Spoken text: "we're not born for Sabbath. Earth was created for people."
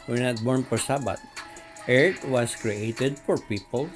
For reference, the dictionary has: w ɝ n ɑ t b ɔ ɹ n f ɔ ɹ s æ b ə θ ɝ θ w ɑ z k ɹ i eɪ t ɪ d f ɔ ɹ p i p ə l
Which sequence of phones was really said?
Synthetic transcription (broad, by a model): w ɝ n ɑ t b ɔ ɹ n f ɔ ɹ s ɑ b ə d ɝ t w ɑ s k ɹ i eɪ t ɪ d f ɔ ɹ p i p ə l